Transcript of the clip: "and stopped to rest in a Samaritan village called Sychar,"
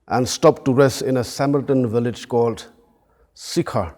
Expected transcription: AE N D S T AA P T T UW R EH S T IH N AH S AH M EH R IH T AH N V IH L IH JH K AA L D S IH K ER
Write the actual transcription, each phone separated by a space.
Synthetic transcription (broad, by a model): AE N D S T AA P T T UW R EH S T IH N AH S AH M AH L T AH N V IH L IH JH K AA L D S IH K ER